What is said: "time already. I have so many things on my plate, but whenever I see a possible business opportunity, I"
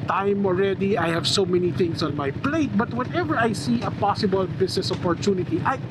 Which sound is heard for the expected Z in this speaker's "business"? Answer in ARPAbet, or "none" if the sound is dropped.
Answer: S